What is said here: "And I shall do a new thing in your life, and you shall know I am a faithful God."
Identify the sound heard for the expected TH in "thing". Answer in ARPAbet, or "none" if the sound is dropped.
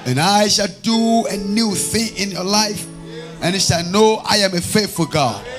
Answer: TH